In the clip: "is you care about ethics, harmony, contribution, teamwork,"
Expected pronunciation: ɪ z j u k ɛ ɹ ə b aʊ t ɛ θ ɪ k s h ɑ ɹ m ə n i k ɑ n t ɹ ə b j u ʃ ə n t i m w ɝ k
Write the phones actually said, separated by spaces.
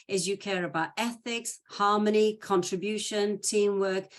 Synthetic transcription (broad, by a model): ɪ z j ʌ k ɛ ɹ ə b aʊ t ɛ θ ɪ k s h ɑ m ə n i k ɑ n t ɹ ə b j u ʃ ə n t i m w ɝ k